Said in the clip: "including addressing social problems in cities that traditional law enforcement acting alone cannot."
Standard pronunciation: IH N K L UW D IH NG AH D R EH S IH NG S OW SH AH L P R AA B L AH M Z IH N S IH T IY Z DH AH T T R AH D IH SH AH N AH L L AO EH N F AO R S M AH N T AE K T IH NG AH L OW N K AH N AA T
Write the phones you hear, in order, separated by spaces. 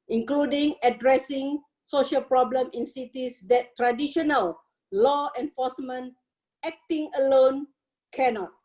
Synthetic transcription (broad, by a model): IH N K L UW D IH NG AH D R EH S IH NG S OW SH AH L P R AA B L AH M IH N S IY T IY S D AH T T R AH D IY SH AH N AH L L AO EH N F AO S M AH N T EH K T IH NG AH L OW N K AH N AA T